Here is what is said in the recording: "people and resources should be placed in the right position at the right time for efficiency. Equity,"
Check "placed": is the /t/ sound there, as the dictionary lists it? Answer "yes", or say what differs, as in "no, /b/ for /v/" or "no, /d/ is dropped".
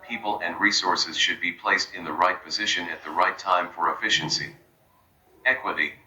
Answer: yes